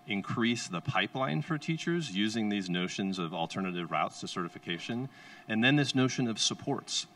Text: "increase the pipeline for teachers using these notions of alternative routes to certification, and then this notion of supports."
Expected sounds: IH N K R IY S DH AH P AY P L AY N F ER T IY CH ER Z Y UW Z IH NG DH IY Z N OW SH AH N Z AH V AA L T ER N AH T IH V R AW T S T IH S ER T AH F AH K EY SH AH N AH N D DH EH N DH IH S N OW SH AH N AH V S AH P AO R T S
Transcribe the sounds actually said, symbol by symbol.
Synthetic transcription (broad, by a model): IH N K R IY S DH AH P AY P L AY N F ER T IY CH ER Z Y UW Z IH NG DH IY Z N OW SH AH N Z AH V L T ER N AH T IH V R AW T S T IH S ER T AH F AH K EY SH AH N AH N DH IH N DH IH S N OW SH AH N AH V S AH P AO R T S